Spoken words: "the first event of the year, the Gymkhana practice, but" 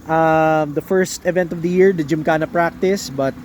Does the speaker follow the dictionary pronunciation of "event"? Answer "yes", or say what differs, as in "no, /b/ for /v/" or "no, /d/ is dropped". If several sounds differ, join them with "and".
yes